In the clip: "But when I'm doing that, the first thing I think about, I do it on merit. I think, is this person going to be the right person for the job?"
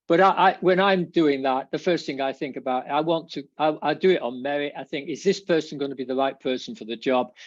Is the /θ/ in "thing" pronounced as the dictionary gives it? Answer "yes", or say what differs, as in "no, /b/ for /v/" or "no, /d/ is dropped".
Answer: yes